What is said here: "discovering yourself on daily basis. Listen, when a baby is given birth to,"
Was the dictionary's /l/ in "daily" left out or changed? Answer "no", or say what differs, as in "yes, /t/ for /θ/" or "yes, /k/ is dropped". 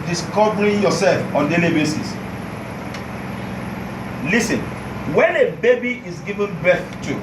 no